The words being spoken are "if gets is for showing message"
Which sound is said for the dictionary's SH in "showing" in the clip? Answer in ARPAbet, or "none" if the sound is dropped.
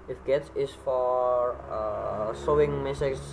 S